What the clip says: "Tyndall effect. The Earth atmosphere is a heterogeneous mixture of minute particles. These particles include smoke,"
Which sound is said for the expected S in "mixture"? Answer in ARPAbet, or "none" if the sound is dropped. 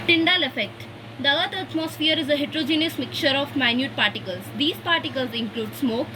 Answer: none